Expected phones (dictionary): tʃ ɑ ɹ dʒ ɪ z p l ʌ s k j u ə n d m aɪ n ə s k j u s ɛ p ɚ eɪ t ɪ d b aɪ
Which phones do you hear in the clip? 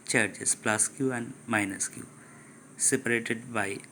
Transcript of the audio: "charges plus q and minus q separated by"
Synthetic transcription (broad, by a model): tʃ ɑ ɹ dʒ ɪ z p l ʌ s k j u ə n d m aɪ n ə s k j u s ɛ p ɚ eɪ t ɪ d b aɪ